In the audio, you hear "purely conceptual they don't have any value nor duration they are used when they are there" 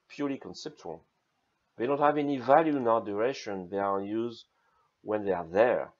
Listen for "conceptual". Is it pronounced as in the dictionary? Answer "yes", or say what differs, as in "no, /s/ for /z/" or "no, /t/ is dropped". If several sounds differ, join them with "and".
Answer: yes